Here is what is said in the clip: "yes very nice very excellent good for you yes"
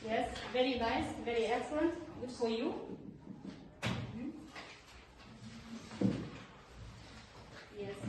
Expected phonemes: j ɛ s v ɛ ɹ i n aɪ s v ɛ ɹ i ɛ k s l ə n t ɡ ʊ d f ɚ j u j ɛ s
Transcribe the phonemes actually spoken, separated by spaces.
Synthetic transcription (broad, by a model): j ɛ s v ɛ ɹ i n aɪ s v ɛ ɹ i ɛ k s ə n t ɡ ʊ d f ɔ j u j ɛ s